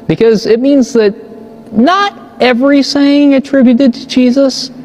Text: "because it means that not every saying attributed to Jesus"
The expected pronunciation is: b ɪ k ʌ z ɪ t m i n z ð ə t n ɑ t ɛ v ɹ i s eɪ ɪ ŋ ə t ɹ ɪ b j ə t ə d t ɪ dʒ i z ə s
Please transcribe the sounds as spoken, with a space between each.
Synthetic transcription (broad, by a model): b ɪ k ʌ z ɪ t m i n z ð ə t n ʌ t ɛ v ɹ i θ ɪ ŋ ə t ɹ ɪ b j ə t ə d t ɪ dʒ i z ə s